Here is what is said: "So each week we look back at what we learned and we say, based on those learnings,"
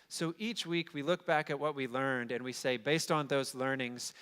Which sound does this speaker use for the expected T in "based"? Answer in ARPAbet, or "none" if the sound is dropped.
T